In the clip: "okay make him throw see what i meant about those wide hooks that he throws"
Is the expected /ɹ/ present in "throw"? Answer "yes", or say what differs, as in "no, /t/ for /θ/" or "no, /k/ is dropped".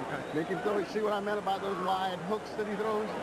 no, /ɹ/ is dropped